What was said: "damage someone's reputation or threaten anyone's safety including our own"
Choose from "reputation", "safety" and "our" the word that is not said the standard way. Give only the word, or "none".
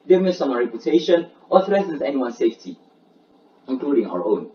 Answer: none